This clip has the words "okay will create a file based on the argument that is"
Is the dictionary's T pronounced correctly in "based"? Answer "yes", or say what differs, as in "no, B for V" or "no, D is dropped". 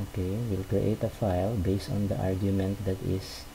yes